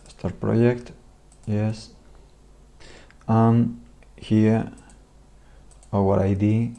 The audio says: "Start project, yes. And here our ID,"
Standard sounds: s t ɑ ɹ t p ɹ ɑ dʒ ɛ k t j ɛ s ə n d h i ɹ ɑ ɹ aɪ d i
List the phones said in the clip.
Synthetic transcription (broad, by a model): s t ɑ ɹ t p ɹ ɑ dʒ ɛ k t j ɛ s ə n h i w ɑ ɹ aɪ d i